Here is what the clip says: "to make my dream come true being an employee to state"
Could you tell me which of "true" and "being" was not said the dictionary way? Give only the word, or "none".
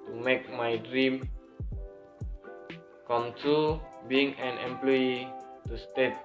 true